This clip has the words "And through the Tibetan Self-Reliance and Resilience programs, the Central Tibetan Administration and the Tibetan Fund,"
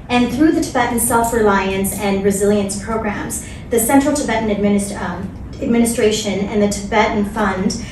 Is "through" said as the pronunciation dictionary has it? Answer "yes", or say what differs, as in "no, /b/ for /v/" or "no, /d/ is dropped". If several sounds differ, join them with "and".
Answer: yes